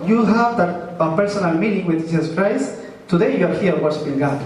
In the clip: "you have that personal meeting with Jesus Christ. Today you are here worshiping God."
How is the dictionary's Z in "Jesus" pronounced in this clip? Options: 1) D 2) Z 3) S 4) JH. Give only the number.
3